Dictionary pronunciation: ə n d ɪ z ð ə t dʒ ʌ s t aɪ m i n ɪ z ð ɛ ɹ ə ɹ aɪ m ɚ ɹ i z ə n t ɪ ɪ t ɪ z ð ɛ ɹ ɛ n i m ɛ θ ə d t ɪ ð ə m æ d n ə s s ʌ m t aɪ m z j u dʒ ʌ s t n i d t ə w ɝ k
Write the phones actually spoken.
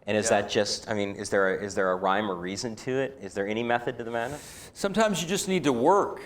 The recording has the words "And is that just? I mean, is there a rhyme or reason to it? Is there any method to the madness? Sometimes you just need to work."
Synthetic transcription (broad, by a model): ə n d ɪ z ð ə t dʒ ʌ s t aɪ m i n ɪ z ð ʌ ɹ ə ɹ aɪ m ɚ ɹ i z ə n t ɪ ɪ t ɪ z ð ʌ ɹ ɛ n i m ɛ θ ə d t ɪ ð ə m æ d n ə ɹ s ʌ m t aɪ m z j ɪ dʒ ʌ s n i d t ə w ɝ k